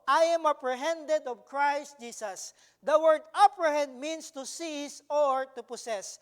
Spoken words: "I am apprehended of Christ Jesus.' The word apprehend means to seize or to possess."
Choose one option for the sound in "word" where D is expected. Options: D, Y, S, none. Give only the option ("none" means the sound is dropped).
D